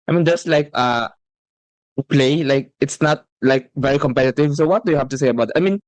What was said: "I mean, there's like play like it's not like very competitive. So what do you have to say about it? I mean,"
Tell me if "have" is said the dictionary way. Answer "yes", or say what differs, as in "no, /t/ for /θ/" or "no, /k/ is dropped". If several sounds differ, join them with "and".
no, /f/ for /v/